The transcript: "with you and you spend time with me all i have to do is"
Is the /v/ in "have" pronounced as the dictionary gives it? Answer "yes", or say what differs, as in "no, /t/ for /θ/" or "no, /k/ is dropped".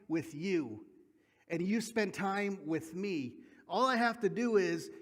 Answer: no, /f/ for /v/